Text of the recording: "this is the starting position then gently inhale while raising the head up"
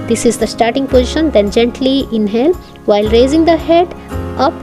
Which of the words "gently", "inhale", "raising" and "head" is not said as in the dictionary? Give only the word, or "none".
none